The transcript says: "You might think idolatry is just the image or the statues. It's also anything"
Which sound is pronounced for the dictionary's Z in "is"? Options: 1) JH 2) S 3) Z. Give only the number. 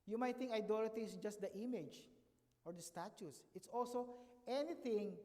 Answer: 2